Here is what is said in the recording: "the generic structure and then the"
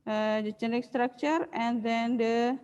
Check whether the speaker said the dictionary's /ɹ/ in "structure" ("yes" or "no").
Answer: yes